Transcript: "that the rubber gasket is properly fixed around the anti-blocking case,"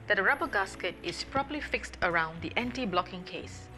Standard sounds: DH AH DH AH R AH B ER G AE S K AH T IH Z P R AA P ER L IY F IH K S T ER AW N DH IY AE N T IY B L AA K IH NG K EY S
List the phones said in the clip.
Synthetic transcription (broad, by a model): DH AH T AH R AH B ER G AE S K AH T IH S P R AA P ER L IY F IH K S T ER AW N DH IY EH N T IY B L AA K IH NG K EY S